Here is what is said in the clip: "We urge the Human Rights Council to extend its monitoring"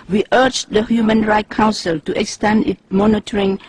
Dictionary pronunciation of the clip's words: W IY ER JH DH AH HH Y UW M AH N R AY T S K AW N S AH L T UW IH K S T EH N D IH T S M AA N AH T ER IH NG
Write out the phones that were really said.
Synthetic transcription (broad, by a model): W IY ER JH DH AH HH Y UW M AH N R AY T K AW N S AH L T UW IH K S T EH N D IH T M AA N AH T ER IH NG